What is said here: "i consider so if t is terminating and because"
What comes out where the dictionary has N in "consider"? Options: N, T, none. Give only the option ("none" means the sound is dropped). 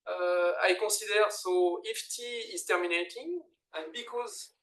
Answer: none